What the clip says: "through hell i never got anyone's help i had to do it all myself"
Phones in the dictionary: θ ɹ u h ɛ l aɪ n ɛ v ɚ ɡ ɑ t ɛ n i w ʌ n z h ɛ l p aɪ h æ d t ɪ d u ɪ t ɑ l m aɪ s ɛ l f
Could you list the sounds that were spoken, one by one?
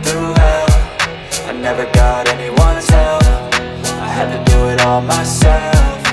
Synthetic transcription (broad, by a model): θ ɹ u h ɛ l aɪ n ɛ v ɚ ɡ ɑ t ɛ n i w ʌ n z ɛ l f aɪ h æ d t ɪ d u ɪ t ɑ l m aɪ s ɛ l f